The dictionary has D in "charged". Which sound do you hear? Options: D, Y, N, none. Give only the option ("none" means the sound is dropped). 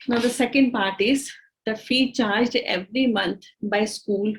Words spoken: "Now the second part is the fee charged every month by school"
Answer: D